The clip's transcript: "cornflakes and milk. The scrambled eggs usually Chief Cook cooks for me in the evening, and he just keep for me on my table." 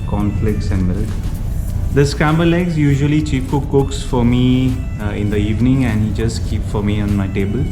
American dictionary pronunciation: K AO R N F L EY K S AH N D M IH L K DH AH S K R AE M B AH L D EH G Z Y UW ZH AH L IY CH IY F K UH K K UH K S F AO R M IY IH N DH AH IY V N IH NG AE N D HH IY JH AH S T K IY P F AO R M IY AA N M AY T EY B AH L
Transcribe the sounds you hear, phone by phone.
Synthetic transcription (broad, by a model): K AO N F L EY K S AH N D M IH L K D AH S K R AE M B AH L EH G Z Y UW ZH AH L IY CH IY P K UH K K UH K S F AO R M IY IH N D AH IY V N IH NG AE N D HH IY JH AH S T K IY P F AO R M IY AA N M AY T EY B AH L